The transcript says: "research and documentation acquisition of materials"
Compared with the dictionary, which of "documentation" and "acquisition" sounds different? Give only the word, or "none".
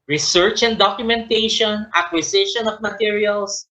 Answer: acquisition